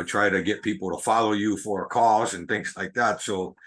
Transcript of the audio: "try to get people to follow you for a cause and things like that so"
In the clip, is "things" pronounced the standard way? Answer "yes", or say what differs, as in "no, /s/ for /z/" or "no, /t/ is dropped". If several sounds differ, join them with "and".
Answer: yes